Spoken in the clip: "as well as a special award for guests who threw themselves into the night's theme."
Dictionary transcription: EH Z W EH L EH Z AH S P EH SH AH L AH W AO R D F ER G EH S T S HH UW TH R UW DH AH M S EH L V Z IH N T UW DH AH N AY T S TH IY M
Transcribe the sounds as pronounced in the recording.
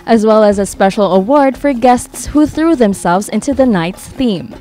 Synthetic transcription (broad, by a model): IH Z W EH L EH Z AH S P EH SH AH L AH W AO R D F ER G EH S T S HH UW TH R UW DH AH M S EH L V Z IH N T UW DH AH N AY T S TH IY M